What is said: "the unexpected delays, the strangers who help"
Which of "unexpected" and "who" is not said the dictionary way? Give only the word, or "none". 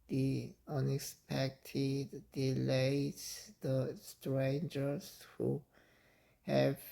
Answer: none